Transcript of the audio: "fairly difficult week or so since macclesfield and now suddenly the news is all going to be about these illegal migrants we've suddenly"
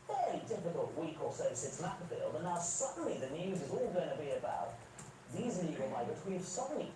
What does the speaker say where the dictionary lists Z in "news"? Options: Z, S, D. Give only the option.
Z